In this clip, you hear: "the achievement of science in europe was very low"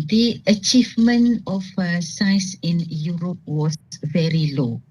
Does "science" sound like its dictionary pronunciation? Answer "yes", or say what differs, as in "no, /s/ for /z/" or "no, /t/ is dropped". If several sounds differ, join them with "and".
no, /n/ is dropped